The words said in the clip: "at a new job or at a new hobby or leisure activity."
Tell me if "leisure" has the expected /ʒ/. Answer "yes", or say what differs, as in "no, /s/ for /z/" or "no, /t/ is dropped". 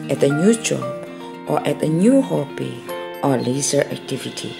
no, /z/ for /ʒ/